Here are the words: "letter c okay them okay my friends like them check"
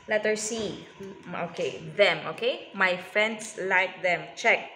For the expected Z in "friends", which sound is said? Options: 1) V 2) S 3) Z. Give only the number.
2